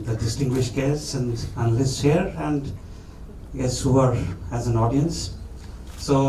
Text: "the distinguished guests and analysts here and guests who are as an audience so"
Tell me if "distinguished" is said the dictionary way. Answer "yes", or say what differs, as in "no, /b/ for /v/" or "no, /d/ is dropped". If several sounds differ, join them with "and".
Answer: yes